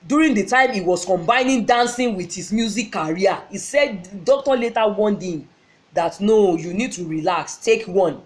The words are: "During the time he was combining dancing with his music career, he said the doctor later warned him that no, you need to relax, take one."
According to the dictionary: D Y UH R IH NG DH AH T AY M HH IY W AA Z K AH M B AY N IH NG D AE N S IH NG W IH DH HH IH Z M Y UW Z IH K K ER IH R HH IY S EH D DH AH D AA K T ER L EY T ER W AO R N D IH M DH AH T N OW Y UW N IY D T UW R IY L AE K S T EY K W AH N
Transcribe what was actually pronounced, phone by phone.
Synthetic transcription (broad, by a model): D Y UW R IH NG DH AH T AY M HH IY W AA S K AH M B AY N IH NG D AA N S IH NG W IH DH HH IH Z M Y UW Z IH K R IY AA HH IY S EH D D AA K T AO L EY T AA W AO N D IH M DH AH T N OW Y UW N IY D T UW R IY L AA K S T EY K W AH N